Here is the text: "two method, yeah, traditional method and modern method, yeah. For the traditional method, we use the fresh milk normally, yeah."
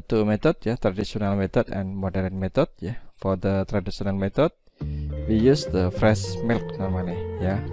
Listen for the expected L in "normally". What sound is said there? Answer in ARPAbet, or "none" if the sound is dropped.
N